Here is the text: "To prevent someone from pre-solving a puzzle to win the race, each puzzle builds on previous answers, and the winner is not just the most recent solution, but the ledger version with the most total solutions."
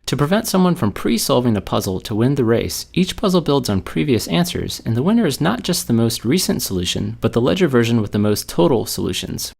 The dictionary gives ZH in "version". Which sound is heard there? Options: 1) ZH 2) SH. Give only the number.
1